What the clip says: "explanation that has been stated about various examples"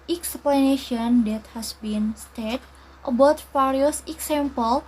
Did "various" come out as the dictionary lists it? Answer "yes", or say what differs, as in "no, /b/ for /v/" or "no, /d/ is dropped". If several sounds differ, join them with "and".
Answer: no, /f/ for /v/